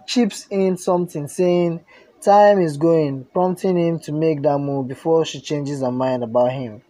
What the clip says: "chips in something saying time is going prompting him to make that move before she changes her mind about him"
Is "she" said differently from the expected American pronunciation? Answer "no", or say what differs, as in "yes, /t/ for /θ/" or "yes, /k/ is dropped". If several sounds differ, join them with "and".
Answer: no